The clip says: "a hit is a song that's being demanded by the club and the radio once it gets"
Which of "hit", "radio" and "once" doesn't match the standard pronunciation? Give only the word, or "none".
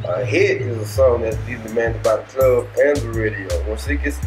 once